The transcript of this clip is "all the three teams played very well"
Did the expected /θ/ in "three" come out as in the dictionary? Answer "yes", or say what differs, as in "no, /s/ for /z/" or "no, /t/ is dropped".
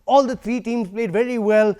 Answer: no, /t/ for /θ/